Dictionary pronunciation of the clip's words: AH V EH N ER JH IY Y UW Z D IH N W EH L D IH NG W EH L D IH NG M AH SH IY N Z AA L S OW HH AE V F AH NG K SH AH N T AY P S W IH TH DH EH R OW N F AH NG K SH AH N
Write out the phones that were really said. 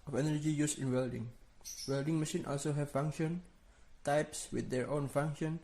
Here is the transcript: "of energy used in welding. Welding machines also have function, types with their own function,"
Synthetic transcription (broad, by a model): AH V EH N ER JH IY Y UW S IH N W EH L D IH NG W EH L D IH NG M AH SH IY N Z AA L S OW HH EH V F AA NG K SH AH N T AY P S W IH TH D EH R OW N F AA NG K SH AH N